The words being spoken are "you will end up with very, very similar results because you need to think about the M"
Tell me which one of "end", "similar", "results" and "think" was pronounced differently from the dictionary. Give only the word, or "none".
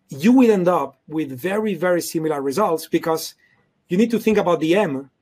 none